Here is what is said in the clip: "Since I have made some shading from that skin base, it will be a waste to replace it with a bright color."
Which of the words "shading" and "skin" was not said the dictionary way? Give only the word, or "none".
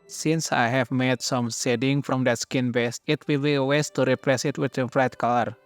shading